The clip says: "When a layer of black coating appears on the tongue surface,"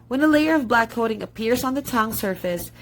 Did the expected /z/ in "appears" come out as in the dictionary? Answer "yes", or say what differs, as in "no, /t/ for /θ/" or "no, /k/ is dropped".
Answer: yes